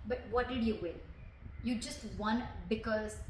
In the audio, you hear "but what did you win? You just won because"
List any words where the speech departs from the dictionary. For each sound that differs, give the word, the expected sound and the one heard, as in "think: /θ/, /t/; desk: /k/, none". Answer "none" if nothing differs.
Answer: win: /n/, /l/